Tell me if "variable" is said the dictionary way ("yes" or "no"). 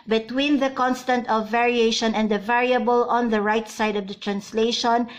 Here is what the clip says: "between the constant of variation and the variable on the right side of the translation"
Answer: yes